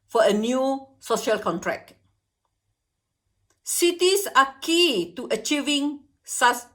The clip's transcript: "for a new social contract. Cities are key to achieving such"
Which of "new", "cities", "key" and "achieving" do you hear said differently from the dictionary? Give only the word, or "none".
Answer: cities